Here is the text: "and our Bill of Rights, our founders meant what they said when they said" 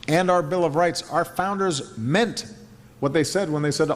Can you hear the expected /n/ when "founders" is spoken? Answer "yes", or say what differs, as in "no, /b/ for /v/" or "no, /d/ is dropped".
yes